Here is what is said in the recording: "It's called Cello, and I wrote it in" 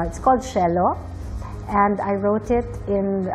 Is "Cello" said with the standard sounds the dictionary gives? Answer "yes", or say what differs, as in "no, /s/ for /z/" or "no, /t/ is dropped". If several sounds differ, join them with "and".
no, /ʃ/ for /tʃ/